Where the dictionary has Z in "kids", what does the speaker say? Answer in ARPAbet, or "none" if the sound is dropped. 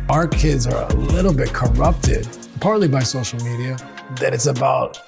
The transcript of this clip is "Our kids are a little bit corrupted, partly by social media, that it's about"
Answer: Z